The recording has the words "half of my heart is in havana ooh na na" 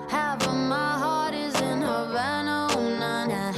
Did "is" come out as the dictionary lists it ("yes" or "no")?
yes